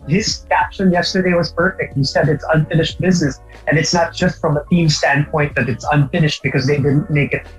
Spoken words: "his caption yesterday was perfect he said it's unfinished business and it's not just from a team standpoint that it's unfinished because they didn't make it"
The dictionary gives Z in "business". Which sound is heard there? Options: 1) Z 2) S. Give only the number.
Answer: 1